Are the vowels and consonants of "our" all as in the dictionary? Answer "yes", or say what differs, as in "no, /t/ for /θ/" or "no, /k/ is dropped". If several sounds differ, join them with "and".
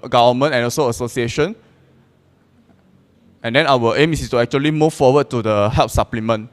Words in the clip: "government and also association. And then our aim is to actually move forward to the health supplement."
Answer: no, /w/ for /ɹ/